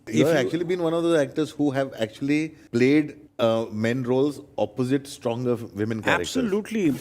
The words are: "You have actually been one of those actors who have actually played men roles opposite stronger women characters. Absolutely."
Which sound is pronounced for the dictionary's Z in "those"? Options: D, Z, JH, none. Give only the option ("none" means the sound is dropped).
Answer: none